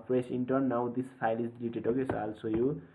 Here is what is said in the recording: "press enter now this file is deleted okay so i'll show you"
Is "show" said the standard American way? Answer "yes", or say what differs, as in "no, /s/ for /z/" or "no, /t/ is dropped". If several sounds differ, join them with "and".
no, /s/ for /ʃ/